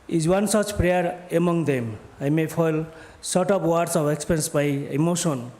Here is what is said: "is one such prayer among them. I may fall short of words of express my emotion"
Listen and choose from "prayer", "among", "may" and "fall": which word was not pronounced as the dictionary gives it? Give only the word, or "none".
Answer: fall